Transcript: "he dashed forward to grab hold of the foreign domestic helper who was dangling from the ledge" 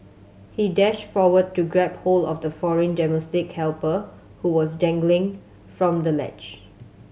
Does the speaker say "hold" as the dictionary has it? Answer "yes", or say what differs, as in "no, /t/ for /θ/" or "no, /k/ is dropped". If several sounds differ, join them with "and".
no, /d/ is dropped